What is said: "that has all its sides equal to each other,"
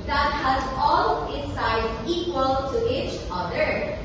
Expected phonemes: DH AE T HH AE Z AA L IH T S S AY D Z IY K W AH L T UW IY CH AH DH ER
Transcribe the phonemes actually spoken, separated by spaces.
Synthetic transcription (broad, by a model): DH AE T HH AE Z AA L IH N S S AY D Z IY K W AH L T UW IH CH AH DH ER